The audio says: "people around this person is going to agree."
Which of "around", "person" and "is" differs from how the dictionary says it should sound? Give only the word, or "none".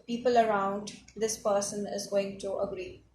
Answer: none